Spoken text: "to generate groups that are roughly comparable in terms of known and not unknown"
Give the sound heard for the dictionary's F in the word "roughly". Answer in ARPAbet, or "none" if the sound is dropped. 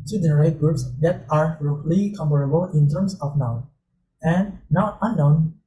none